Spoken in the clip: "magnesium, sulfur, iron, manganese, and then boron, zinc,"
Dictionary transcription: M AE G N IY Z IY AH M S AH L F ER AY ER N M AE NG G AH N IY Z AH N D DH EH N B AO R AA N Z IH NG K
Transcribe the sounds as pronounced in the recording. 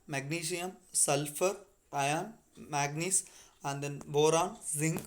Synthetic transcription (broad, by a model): M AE G N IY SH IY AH M S AH L F ER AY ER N M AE G N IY S AH N D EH N B AO R AA N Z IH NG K